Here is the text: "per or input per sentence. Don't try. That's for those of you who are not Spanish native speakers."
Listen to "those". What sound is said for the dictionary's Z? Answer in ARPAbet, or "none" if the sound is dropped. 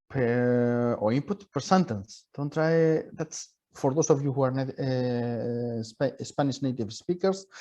S